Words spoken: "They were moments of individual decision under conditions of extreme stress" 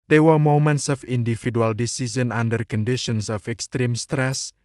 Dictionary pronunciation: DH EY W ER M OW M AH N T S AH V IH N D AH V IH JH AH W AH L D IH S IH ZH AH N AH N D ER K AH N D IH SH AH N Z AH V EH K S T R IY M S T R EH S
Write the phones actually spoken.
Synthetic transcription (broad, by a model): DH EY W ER M OW M AH N T S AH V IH N D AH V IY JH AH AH L D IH S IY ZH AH N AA N D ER K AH N D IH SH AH N S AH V EH K S T R IY M S T R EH S